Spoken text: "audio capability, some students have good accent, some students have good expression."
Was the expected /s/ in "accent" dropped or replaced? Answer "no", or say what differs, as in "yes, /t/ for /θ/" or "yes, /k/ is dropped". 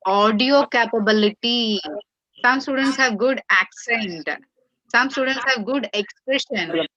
no